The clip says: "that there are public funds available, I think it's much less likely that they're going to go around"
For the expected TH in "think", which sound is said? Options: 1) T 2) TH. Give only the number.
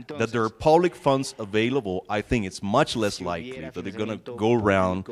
2